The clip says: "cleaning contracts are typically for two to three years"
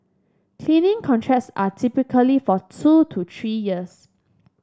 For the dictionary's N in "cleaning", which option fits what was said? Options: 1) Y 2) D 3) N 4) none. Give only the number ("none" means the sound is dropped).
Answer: 3